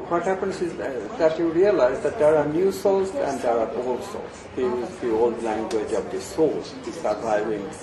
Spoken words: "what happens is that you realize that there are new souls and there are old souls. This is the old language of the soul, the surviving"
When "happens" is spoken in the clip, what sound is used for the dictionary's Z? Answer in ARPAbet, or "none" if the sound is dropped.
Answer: S